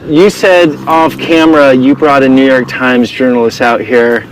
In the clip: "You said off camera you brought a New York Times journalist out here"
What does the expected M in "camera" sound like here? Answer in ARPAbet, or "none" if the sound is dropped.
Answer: M